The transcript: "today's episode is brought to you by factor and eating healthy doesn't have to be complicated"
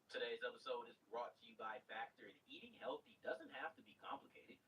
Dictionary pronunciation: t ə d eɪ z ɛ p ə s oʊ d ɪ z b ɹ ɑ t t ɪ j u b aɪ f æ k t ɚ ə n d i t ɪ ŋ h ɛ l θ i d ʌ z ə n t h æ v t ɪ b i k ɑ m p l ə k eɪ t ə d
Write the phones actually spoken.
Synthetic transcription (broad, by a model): t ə d eɪ z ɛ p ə s oʊ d ɪ z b ɹ ɑ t t ɪ j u b aɪ f æ k t ɚ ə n i t ɪ ŋ h ɛ l θ i d ʌ z ə n t h æ f t ɪ b i k ɑ m p l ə k eɪ t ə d